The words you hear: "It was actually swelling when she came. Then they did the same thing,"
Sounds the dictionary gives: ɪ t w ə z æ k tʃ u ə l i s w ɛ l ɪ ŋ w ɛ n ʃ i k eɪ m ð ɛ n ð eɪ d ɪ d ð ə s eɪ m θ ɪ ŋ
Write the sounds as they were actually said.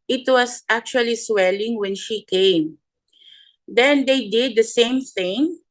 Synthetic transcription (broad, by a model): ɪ t w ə s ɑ k tʃ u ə l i s w ɛ l ɪ ŋ w ɛ n ʃ i k eɪ m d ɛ n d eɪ d ɪ d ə s eɪ m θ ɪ ŋ